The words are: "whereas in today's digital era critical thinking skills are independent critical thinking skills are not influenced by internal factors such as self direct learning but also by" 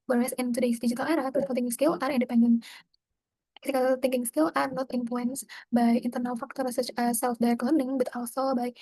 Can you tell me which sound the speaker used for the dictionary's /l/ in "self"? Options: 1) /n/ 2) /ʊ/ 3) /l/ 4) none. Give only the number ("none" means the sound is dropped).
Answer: 3